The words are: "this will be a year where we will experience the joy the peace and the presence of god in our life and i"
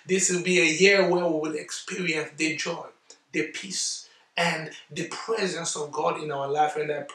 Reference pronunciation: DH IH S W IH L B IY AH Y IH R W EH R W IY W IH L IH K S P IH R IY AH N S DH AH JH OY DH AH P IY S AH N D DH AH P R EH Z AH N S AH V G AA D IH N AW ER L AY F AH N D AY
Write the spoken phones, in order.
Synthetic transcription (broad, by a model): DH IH S W IH L B IY AH Y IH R W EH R W IY W IH L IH K S P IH R IY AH N S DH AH JH OY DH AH P IY S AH N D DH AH P R EH Z AH N S AH V G AA D IH N AW ER L AY F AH N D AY